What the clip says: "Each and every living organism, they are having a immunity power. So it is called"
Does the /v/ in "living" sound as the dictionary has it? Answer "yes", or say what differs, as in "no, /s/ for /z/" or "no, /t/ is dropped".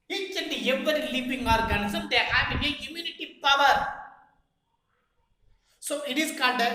no, /p/ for /v/